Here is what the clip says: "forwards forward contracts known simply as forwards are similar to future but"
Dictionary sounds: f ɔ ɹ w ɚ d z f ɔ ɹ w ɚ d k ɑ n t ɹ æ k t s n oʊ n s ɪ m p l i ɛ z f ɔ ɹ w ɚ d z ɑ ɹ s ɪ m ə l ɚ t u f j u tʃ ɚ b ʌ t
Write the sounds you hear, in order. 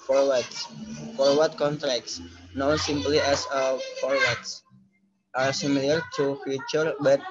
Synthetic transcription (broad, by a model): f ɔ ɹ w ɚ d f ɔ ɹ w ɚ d k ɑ n t ɹ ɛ k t s n oʊ n s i m p l i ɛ s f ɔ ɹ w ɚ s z ɑ ɹ s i m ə l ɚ t u f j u tʃ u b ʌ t